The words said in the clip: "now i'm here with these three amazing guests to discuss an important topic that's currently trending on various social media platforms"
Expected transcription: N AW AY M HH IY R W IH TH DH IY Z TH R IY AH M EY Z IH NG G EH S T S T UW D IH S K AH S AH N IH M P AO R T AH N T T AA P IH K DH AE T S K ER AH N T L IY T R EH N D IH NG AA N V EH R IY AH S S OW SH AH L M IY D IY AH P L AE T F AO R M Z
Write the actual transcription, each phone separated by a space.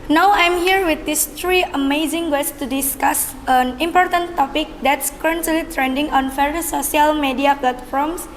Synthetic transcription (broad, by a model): N AW AY M HH IY R W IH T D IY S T R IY AH M EY Z IH NG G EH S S T UW D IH S K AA S AH N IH M P AO R T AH N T T AA P IH K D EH T S K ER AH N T L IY T R EH N D IH NG AA N F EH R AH S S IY AH L M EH D IY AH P L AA T F AO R M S